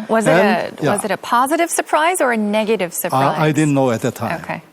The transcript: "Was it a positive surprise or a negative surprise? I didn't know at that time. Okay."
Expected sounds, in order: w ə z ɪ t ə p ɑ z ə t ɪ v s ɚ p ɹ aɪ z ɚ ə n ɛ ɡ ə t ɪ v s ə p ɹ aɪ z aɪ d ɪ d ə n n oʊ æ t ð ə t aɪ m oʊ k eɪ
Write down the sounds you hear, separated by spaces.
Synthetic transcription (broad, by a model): w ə z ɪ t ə p ɑ z ə t ɪ v s ɚ p ɹ aɪ z ɚ ə n ɛ ɡ ə t ɪ v s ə ɹ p aɪ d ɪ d n n oʊ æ t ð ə t aɪ oʊ k eɪ